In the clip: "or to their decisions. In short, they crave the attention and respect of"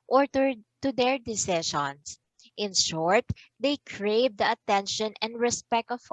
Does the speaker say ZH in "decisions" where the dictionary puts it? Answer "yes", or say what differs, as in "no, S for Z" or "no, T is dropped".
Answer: no, SH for ZH